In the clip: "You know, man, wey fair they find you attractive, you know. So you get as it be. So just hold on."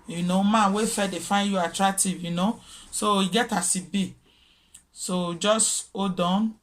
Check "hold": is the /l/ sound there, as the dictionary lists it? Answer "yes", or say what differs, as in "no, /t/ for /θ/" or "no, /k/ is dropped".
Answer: no, /l/ is dropped